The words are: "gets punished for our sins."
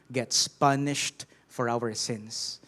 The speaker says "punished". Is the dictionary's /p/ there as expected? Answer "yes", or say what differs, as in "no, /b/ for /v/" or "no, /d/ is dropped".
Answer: yes